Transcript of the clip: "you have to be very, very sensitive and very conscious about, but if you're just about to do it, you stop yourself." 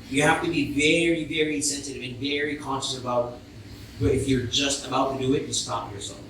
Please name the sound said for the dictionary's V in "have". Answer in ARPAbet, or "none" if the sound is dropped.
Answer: F